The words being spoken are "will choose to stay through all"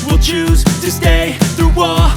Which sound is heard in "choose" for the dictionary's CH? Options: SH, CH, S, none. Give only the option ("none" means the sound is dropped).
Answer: CH